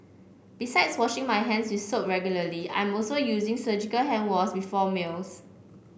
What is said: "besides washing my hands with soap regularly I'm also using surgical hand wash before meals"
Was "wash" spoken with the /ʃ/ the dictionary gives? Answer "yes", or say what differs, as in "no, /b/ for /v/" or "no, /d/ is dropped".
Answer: no, /s/ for /ʃ/